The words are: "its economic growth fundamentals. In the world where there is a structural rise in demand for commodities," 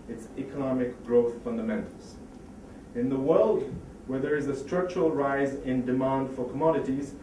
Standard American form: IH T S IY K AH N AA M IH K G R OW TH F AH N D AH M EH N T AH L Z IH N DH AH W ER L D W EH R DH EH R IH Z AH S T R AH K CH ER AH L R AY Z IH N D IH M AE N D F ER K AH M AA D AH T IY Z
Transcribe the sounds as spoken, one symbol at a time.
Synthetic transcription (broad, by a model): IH T S IY K AH N AA M IH K G R OW TH F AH N D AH M EH N T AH L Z IH N DH AH W ER L D W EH R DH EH R IH Z AH S T R AH K CH ER AH L R AY Z IH N D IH M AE N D F ER K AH M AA D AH T IY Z